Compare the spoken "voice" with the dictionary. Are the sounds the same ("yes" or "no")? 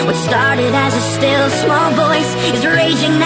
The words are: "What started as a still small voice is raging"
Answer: yes